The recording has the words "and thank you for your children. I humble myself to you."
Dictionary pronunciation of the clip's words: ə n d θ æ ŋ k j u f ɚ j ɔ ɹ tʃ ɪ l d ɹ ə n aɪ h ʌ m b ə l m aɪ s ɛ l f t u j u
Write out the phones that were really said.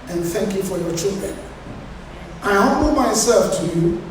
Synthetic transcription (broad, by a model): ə n θ æ ŋ k j u f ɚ j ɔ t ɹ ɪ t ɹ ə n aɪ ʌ b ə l m aɪ s ɛ l f t u j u